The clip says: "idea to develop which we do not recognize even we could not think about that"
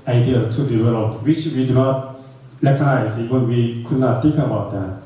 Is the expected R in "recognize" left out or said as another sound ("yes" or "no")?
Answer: yes